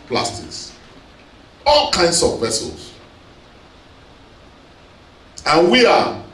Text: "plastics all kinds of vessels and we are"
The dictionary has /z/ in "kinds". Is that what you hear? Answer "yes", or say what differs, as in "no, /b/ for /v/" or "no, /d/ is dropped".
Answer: no, /s/ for /z/